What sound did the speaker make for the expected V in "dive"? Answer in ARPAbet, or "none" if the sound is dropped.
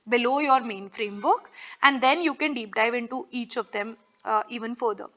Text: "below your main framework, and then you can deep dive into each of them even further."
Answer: V